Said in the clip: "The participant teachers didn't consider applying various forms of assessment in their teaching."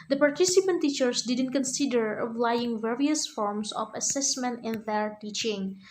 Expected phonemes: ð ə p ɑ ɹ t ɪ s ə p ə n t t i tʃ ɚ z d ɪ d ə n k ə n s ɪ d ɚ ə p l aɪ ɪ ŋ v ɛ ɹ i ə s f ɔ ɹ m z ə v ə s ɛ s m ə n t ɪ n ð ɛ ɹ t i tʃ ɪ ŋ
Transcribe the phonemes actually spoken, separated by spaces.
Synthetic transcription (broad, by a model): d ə p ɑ ɹ t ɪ s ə p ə n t t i tʃ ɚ s d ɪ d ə n k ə n s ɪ d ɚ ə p l aɪ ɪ ŋ v ɛ ɹ i ə s f ɔ ɹ m s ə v ə s ɛ s m ə n t ɪ n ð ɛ ɹ t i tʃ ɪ ŋ